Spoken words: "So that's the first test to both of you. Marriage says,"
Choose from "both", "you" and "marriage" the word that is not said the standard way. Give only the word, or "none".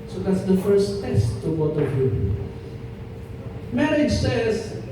both